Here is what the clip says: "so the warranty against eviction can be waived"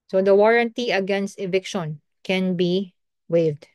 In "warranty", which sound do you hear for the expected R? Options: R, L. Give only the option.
R